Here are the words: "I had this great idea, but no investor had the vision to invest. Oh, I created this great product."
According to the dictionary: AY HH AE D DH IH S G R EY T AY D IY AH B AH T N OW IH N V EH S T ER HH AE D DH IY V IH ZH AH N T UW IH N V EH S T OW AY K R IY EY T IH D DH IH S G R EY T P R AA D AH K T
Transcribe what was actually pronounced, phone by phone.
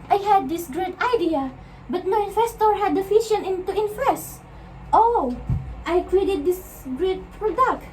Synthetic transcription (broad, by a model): AY HH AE D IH S G R EY T AY D IY AH B AH T N OW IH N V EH S T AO HH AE D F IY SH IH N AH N T UW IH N F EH S T OW AY K R IY EY T IH D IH S G R EY T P R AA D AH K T